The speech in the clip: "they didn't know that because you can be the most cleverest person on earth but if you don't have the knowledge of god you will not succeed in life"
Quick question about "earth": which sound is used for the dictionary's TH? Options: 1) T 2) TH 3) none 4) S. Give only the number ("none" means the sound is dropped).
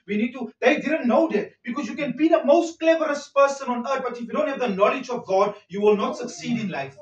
1